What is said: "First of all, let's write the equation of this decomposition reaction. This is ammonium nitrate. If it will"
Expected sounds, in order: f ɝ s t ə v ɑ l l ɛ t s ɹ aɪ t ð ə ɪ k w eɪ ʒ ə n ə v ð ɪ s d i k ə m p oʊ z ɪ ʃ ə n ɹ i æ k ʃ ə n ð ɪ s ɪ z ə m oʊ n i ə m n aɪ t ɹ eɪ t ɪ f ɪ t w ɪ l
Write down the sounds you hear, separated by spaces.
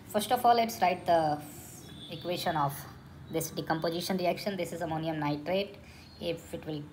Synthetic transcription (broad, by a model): f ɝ s t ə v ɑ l l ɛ t s ɹ aɪ t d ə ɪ k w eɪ ʃ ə n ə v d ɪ s d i k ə m p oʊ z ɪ ʃ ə n ɹ i æ k ʃ ə n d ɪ s ɪ z ə m oʊ n i ə m n aɪ t ɹ eɪ t ɪ f ɪ t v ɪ l